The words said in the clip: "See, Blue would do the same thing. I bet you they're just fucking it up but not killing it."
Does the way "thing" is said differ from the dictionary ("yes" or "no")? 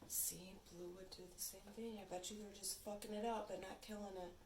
no